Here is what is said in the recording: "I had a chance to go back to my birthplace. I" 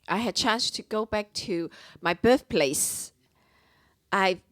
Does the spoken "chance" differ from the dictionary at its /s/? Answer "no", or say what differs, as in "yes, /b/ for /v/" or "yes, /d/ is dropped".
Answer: no